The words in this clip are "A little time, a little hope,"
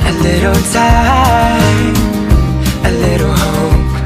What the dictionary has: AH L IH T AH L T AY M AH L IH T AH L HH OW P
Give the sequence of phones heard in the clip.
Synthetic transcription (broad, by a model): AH L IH T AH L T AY AH L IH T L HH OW